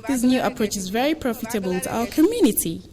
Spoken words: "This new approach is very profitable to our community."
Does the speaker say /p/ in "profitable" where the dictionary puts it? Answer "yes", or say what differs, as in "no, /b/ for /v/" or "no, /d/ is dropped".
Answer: yes